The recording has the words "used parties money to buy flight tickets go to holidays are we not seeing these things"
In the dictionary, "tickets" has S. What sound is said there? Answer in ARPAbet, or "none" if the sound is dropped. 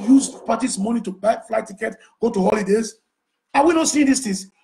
none